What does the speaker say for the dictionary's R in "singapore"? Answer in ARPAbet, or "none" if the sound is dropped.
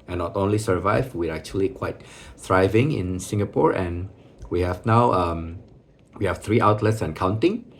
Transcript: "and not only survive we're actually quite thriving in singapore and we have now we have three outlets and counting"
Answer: R